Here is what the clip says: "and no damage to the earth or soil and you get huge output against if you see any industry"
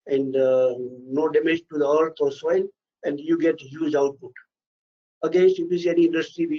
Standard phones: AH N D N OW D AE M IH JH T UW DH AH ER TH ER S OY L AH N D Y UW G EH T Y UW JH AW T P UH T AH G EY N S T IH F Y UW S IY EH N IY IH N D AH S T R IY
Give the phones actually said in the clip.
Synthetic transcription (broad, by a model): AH N D N OW D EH M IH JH T UW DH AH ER T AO S OY L AH N D Y UW G EH T Y UW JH AW T P UH T AH G EY N S T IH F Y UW S IY EH N IY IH N D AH S T R IY